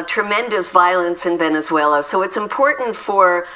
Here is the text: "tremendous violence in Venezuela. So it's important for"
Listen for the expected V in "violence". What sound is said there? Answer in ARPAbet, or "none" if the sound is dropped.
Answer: V